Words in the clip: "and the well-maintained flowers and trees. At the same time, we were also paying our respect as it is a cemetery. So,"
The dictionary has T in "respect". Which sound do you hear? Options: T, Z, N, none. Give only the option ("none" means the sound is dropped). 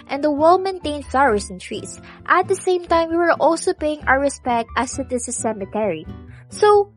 T